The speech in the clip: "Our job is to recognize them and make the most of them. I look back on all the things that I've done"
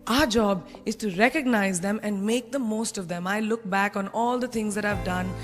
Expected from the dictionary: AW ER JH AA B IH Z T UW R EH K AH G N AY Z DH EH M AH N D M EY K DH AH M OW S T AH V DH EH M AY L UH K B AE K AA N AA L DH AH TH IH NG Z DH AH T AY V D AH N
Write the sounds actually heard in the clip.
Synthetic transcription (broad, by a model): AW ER JH AA B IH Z T UW R EH K AH G N AY Z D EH M AH N D M EY K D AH M OW S T AH V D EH M AY L UH K B AE K AA N AA L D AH T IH NG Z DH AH T AY V D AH N